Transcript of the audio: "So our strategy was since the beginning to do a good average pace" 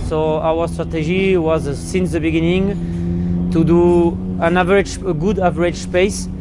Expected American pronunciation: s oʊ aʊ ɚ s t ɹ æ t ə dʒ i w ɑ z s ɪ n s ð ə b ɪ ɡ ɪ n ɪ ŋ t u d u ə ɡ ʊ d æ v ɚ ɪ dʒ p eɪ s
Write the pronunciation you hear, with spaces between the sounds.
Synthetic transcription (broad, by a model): s oʊ aʊ ɚ s t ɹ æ t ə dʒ i w ɑ z s ɪ n s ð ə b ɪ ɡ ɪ n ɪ ŋ t u d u ə ɡ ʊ d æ v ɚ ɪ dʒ p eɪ s